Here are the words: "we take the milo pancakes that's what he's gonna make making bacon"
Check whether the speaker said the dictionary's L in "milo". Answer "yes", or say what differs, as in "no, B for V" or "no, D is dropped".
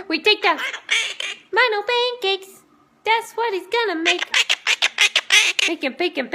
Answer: no, N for L